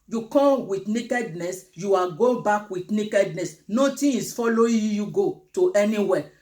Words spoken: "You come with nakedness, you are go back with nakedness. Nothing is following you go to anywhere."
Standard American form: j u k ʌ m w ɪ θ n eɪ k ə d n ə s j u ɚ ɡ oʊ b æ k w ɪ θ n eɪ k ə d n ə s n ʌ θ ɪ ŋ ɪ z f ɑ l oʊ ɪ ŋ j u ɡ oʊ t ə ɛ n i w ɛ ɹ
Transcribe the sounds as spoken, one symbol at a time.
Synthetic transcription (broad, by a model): j u k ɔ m w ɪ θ n eɪ k ə d n ə s j u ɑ ɡ oʊ b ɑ k w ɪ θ n eɪ k ə d n ə s n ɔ t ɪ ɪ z f ɑ l oʊ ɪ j j u ɡ oʊ t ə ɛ n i w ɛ